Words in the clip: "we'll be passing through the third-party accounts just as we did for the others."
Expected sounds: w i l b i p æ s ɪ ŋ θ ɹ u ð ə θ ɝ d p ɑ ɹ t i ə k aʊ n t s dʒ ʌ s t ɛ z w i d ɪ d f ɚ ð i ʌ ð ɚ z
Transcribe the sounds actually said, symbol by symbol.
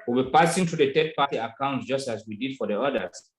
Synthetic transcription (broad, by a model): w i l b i p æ s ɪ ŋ t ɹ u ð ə t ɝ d p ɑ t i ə k aʊ n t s dʒ ʌ s t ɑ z w i d ɪ d f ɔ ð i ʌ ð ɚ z